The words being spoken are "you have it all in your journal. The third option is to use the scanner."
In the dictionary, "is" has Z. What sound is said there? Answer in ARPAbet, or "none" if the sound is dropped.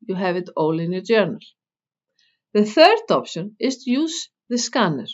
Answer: S